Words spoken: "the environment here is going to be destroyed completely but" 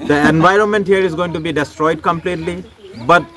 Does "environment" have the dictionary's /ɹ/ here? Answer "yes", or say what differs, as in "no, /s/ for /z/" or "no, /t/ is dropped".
yes